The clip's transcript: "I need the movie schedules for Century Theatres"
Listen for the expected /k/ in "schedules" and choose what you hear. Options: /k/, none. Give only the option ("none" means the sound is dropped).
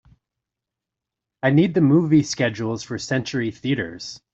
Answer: /k/